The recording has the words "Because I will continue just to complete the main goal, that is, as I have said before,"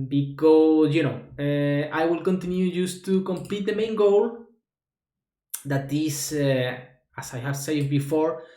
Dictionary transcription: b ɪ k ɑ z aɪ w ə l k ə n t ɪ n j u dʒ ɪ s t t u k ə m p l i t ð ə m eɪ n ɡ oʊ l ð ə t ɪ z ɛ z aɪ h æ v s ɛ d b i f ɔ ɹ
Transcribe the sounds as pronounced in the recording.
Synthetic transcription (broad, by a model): b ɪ k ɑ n aɪ w ə l k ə n t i n j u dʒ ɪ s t t u k ə m p l i t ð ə m eɪ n ɡ oʊ l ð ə t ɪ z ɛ s aɪ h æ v s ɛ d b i f ɔ ɹ